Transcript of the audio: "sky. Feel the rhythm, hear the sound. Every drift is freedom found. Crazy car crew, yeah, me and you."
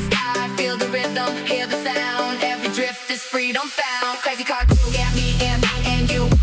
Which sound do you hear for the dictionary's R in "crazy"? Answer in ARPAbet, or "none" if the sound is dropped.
none